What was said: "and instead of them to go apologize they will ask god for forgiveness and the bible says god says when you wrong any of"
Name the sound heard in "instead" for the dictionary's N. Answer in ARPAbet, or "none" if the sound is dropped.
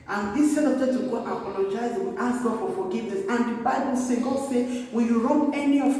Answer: none